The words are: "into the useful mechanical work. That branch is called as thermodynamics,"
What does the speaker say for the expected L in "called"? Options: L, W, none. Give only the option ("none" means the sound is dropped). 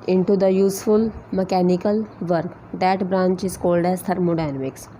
L